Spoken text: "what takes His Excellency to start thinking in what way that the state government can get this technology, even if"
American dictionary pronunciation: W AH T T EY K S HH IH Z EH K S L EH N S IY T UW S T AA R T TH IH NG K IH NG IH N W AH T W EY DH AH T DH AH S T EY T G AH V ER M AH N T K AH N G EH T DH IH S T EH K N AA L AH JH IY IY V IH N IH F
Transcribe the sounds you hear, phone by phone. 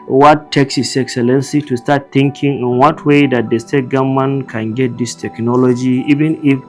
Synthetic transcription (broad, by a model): W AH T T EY K S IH S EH K S L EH N S IY T UW S T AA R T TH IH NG K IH NG IH N W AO T W EY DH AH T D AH S T EY T G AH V M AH N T K AH N G EH T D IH S T EH K N AA L AH JH IY IY V IH N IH F